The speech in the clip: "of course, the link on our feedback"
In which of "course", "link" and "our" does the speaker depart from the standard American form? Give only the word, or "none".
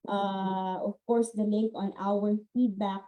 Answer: link